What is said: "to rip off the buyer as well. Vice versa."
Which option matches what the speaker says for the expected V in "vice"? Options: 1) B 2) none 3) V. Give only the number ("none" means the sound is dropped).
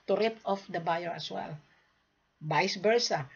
1